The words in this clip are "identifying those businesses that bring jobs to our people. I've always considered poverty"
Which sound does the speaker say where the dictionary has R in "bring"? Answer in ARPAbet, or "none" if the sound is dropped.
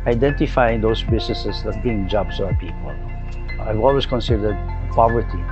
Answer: none